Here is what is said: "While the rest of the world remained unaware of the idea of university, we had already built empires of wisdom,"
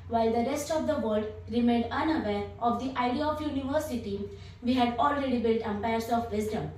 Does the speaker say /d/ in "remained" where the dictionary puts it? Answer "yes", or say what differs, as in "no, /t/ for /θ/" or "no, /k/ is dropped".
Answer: yes